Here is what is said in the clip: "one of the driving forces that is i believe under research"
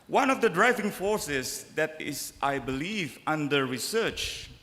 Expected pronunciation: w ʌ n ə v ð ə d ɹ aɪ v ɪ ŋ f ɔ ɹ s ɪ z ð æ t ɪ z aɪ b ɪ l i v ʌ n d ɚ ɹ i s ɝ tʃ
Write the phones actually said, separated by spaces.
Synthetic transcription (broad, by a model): w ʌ n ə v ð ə d ɹ aɪ v ɪ ŋ f ɔ ɹ s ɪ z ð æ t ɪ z aɪ b ɪ l i v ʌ n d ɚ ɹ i s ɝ tʃ